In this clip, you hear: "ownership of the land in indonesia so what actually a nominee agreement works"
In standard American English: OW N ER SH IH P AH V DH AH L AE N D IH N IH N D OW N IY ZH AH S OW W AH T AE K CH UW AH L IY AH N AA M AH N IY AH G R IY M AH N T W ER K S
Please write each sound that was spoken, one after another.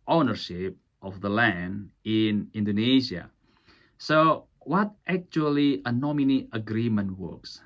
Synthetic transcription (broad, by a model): OW N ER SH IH P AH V DH AH L AE N D IH N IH N D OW N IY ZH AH S OW W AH T AE K CH UW AH L IY AH N AA M AH N IY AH G R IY M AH N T W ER K S